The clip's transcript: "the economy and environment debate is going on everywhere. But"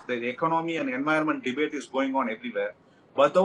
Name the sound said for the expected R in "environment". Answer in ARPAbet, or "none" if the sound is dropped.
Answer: none